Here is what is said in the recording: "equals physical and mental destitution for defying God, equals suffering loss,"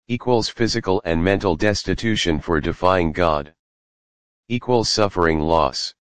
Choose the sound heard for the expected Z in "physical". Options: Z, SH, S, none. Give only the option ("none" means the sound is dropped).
Z